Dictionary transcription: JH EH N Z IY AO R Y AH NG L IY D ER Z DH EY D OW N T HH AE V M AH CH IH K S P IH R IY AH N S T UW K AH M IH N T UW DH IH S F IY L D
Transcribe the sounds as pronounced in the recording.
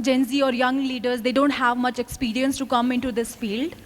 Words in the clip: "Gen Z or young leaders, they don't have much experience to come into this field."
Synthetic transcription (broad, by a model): JH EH N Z IY AO R Y AH NG L IY D ER Z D EY D OW N T HH AE V M AH CH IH K S P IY R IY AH N S T UW K AH M IH N T UW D IH S F IY L D